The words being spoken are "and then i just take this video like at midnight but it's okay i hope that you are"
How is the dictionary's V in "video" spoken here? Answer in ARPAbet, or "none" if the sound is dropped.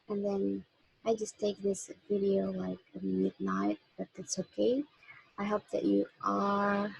V